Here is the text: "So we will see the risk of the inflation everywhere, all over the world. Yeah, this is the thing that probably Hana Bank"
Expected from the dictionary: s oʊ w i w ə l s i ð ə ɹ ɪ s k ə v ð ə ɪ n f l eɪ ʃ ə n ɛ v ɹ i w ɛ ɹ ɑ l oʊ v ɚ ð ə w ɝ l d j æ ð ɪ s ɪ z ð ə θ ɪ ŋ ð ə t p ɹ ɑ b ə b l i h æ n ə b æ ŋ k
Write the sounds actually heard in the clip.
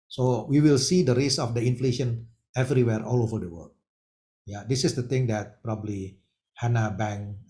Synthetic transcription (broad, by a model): s oʊ w i w ə l s i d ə ɹ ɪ s ə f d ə ɪ n f l eɪ ʃ ə n ɛ v ɹ i w ɛ ɹ ɑ l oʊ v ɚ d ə w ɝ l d j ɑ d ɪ s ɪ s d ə t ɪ ŋ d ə t p ɹ ɑ b ə b l i h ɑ n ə b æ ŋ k